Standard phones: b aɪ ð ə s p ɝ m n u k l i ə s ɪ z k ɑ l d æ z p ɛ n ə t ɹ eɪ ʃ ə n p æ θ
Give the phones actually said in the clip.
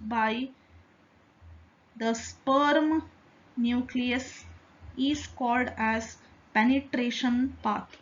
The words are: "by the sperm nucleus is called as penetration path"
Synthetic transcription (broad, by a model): b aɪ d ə s p ɝ m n u k l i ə s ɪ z k ɑ l d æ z p ɛ n ə t ɹ eɪ ʃ ə n p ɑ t